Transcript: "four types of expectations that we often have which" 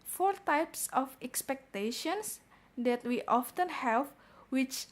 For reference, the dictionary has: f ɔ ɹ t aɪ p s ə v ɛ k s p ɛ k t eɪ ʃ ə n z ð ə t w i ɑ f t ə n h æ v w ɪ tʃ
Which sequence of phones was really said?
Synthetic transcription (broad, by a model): f ɔ ɹ t aɪ p s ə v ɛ k s p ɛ k t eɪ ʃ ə n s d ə t w i ɑ f t ə n h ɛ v w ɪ tʃ